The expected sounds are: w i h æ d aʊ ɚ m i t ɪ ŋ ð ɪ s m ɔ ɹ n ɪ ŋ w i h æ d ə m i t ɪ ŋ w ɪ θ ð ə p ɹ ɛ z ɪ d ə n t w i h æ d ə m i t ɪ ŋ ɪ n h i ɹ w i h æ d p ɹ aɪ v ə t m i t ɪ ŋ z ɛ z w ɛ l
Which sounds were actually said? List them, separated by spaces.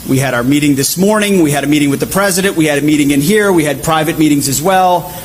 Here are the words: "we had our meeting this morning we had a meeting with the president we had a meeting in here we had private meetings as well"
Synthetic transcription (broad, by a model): w i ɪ d aʊ ɚ m i t ɪ ŋ ð ɪ s m ɔ ɹ n ɪ ŋ w i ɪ d ə m i t ɪ ŋ w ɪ ð ə p ɹ ɛ z ɪ d ə n t w i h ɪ d ə m i t ɪ ŋ ɪ n h i ɹ w i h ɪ d p ɹ aɪ v ə t m i t ɪ ŋ z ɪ z w ɛ l